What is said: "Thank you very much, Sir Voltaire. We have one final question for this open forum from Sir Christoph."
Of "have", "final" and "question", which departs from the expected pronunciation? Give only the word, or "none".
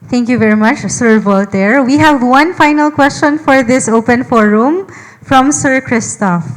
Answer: none